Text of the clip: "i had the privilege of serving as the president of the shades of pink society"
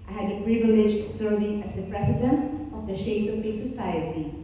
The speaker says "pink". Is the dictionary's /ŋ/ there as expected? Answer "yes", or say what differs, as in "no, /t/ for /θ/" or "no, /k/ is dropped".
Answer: no, /ŋ/ is dropped